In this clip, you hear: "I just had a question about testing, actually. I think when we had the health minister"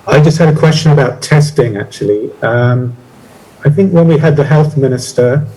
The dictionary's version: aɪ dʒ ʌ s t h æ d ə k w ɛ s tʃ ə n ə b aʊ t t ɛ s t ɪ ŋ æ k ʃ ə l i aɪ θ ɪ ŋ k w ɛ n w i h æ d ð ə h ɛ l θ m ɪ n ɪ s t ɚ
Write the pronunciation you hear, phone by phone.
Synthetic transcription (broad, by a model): aɪ dʒ ʌ s t h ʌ d ə k w ɛ s tʃ ə n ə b aʊ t t ɛ s t ɪ ŋ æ k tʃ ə l i aɪ θ ɪ ŋ k w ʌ n w i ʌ d ð ə h ɛ l θ m ɪ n ɪ s t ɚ